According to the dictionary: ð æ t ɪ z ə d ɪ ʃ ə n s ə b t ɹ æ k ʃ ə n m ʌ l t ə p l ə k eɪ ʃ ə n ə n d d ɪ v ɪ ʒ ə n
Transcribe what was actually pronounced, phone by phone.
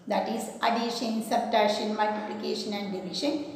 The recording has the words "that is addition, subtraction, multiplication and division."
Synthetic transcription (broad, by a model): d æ t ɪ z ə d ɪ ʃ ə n s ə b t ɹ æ ʃ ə n m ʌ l t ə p l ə k eɪ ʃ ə n ə n d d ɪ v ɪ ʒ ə n